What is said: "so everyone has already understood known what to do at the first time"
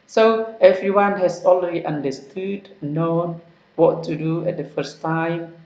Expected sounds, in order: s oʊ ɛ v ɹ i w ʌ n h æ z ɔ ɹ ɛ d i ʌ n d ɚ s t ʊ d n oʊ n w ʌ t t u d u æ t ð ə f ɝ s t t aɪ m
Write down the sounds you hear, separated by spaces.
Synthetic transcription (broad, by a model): s oʊ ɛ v ɹ i w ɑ n h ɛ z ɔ l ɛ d i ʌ n d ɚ s t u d n oʊ n w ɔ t t u d u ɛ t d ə f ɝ s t t aɪ m